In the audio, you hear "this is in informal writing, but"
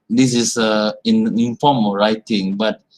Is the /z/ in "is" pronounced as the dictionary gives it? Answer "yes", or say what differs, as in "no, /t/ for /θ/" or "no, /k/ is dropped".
no, /s/ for /z/